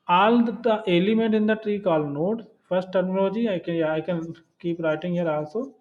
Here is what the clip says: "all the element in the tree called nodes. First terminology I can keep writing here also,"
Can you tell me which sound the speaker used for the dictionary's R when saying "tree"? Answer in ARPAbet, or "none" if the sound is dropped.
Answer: R